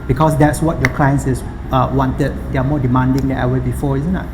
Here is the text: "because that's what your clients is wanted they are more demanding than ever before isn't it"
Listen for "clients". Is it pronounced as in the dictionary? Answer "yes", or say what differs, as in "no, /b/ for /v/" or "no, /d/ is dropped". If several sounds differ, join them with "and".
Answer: no, /s/ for /t/